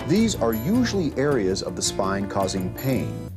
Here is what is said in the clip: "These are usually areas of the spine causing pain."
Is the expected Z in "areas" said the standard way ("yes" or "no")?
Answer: yes